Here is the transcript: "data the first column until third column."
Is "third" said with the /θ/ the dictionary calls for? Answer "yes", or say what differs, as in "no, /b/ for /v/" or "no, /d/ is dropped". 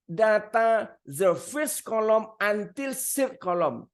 no, /s/ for /θ/